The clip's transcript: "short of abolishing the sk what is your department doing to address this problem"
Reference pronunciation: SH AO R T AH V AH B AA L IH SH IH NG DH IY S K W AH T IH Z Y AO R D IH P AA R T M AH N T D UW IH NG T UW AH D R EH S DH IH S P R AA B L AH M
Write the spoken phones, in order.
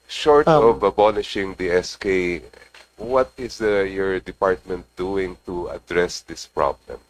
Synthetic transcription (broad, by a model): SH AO R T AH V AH B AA N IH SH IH NG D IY S K W AH T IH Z Y AO R D IH P AA R T M AH N T D UW IH NG T UW AH D R EH S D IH S P R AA B L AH M